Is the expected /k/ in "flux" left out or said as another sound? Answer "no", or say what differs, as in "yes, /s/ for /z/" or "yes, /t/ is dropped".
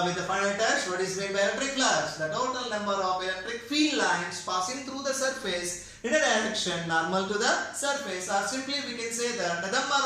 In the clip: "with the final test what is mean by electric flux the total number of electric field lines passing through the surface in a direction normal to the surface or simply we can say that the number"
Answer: yes, /k/ is dropped